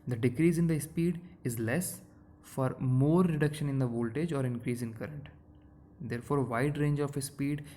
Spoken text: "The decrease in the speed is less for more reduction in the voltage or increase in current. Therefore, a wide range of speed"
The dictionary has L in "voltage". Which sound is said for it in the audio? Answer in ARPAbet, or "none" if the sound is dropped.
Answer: L